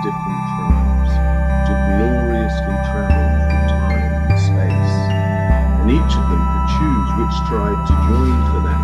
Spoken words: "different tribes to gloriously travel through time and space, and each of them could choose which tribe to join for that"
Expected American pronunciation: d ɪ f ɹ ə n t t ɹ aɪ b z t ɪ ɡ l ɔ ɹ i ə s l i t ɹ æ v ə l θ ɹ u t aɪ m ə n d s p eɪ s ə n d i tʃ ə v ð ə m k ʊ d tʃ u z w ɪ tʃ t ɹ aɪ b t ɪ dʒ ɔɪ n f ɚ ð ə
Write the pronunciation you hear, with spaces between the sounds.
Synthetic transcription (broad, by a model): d ɪ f ɹ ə n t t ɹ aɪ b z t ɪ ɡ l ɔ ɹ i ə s i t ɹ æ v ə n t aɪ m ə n s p eɪ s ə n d i tʃ ə v ð ə m k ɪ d tʃ u z w ɪ tʃ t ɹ aɪ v t ɪ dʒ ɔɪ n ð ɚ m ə